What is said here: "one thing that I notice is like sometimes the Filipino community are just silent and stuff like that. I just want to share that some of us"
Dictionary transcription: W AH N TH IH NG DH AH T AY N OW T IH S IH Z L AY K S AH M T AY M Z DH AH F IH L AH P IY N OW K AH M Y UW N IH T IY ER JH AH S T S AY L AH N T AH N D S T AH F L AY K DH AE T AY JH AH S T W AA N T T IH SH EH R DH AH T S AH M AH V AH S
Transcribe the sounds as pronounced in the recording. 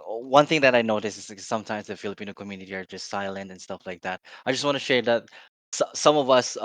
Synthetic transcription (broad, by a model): W AH N TH IH NG DH AH T AY N OW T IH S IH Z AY S AH M T AY M Z DH AH F IH L AH P IY N OW K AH M Y UW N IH T IY ER JH AH S T S AY L AH N T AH N S T AH F L AY K DH AE T AY JH AH S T W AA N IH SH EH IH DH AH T S AH M AH V AH S